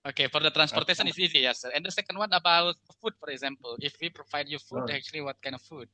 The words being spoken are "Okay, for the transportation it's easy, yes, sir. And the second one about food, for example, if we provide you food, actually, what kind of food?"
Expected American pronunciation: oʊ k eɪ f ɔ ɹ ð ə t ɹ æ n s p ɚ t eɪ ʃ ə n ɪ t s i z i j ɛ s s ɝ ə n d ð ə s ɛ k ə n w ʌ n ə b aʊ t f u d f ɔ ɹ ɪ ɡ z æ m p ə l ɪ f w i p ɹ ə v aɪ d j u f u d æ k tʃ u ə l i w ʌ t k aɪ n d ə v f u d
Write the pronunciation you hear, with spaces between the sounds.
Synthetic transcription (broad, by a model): oʊ k eɪ f ɔ ɹ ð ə t ɹ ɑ n s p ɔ t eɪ s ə n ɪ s i z i j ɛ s s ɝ ə n d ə s ɛ k ə n w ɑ n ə b aʊ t f u d f ɔ ɹ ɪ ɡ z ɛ m p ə l ɪ f w i p ɹ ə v aɪ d j u f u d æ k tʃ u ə l i w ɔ t k aɪ n d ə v f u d